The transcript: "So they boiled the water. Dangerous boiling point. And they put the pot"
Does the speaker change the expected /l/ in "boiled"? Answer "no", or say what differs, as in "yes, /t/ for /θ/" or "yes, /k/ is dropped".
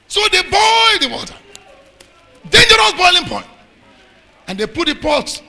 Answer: yes, /l/ is dropped